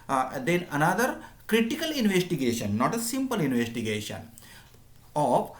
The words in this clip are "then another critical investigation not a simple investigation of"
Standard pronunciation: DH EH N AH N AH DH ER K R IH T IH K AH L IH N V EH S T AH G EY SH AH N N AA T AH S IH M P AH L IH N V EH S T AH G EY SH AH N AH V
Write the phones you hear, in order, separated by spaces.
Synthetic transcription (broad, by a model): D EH N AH N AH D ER K R IH T IH K AH L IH N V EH S T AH G EY SH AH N N AA T AH S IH M P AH L IH N V EH S T AH G EY SH AH N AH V